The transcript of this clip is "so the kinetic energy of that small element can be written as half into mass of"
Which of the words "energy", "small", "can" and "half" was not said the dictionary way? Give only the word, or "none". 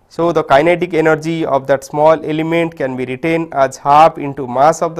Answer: half